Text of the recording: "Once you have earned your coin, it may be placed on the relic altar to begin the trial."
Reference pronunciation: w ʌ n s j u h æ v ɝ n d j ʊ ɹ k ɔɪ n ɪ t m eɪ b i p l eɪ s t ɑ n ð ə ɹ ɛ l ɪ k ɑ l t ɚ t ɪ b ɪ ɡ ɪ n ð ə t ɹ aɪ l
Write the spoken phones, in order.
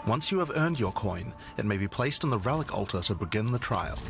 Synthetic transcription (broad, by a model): w ʌ n s j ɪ v ɝ n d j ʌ ɹ k ɔɪ n ɪ t m eɪ b i p l eɪ s t n ð ə ɹ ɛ l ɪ k ɑ l t ɚ t ɪ b ɪ ɡ ɪ n ð ə t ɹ aɪ l